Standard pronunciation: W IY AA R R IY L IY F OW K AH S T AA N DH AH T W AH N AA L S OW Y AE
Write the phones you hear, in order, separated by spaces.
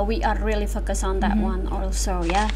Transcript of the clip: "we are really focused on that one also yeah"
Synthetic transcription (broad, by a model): W IY AA R R IY L IY F OW K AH S AA N DH AH T W AH N AA L S OW Y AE